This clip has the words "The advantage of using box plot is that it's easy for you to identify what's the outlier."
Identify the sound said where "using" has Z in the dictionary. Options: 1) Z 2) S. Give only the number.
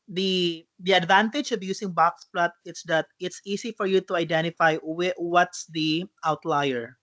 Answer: 2